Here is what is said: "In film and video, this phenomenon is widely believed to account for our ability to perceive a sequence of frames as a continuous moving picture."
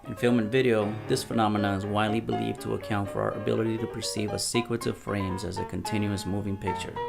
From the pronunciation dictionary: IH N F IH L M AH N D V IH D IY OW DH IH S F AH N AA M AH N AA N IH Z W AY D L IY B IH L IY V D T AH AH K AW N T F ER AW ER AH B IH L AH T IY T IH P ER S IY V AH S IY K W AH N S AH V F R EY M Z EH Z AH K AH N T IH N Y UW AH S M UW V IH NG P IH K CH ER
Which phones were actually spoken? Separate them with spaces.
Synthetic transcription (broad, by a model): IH N F IH L M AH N V IH D IY OW DH IH S F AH N AA M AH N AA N IH Z W AY D L IY B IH L IY V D T AH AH K AW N T F ER AW ER AH B IH L AH T IY T IH P ER S IY V AH S IY K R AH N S AH V F R EY M Z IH Z AH K AH N T IH N Y UW AH S M UW V IH NG P IH K CH ER